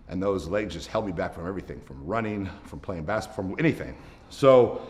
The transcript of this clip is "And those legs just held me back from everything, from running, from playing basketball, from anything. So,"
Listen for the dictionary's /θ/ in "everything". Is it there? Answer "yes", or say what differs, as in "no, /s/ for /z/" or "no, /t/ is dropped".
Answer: yes